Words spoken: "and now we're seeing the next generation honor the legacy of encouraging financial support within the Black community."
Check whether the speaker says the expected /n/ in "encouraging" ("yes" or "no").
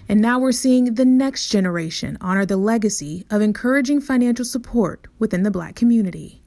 yes